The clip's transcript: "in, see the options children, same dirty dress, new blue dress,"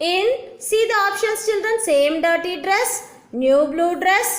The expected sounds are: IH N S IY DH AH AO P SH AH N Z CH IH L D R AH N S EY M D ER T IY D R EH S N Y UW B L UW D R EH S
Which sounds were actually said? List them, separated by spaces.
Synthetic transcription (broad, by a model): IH N S IY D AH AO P SH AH N S CH IH L D R AH N S EY M D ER T IY D R EH S N Y UW B L UW D R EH S